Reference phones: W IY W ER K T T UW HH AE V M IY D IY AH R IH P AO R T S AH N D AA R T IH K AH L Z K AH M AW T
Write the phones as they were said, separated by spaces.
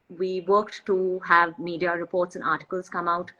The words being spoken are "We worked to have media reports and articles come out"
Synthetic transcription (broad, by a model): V IY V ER K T T UW HH AE V M IY D IY AH R IH P AO R T S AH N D AA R T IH K AH L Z K AH M AW T